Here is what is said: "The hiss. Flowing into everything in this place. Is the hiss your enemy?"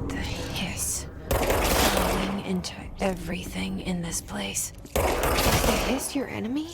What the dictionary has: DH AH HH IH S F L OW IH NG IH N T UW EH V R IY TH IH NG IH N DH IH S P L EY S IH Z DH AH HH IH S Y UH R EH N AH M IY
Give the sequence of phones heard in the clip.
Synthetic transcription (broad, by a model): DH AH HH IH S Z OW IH NG IH N T UW EH V R IY TH IH NG IH N DH IH S P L EY IH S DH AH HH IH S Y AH R EH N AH M IY